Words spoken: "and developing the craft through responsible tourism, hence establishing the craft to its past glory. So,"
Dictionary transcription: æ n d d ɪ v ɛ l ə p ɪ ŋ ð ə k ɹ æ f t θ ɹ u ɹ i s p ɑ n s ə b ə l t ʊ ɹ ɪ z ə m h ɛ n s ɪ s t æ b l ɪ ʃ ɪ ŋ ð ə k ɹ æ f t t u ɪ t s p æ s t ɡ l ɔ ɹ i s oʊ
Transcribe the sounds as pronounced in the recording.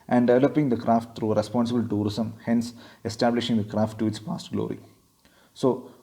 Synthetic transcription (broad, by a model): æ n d d ɪ v ɛ l ə p ɪ ŋ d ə k ɹ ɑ f t t ɹ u ɹ i s p ɑ n s ə b ə l t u ɹ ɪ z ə m h ɛ n s ɪ s t æ b l ɪ ʃ ɪ ŋ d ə k ɹ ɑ f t t u ɪ t s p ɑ s t ɡ l ɔ ɹ i s oʊ